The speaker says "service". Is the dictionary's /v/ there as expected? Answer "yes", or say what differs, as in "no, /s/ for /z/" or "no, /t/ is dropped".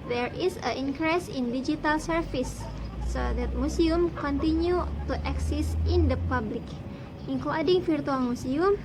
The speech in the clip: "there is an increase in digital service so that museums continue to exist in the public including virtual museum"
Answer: no, /f/ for /v/